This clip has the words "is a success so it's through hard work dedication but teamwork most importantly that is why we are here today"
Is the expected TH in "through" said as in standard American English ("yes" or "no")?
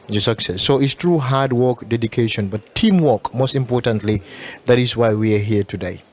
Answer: no